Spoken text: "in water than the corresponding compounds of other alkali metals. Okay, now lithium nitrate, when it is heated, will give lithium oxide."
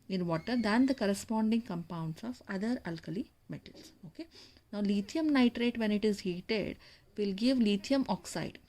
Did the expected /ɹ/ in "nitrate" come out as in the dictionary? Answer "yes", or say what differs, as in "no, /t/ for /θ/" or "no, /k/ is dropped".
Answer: yes